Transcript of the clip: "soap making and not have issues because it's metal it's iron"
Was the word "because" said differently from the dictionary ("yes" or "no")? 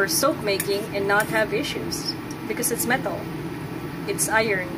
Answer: no